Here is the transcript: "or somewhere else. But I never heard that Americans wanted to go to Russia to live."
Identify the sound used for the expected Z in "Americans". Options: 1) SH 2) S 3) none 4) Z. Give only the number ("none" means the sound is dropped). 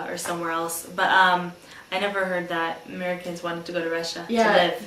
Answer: 4